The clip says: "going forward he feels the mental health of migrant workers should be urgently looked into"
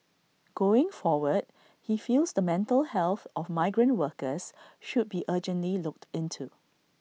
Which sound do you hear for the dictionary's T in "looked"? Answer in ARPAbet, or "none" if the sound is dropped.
T